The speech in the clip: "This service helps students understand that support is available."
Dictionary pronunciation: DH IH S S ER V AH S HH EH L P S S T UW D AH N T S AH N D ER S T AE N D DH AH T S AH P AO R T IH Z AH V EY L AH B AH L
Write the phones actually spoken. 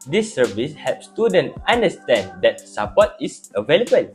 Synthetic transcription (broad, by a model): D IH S S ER V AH S HH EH P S S T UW D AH N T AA N D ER S T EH N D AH T S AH P AO T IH S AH V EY L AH B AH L